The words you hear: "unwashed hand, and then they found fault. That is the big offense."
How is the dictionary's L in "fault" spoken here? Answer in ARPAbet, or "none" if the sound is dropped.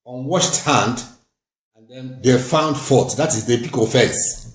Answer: none